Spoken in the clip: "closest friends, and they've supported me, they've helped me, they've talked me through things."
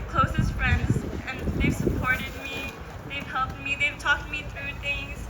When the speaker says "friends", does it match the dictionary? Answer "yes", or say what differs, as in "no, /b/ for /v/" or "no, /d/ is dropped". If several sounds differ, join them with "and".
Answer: yes